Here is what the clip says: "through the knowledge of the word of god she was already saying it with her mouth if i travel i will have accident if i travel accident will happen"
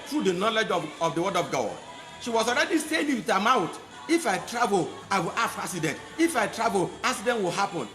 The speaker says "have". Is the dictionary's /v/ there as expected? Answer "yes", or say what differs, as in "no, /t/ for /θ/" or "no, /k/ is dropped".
no, /f/ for /v/